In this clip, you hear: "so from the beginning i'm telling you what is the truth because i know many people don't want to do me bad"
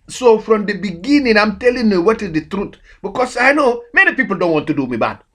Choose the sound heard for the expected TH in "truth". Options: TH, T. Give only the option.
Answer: T